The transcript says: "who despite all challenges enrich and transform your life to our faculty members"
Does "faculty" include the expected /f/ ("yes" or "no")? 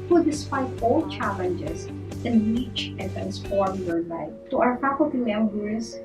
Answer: no